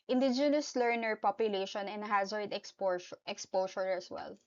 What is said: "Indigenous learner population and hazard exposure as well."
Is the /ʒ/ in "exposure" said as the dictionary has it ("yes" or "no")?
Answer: no